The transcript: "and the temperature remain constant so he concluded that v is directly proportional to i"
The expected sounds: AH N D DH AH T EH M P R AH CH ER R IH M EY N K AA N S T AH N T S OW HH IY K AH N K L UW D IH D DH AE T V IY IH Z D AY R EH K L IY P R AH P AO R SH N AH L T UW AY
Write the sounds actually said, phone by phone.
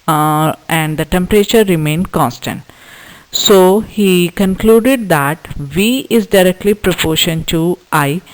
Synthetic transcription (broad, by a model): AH N D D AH T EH M P R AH CH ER R IH M EY N K AA N S T AH N T S OW HH IY K AH N K L UW D IH D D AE T V IY IH Z D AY R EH K L IY P R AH P AO R SH AH N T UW AY